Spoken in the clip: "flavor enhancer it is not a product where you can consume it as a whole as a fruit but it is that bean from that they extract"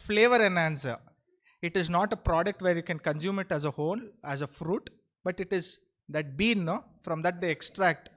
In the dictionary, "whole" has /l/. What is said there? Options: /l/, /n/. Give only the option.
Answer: /n/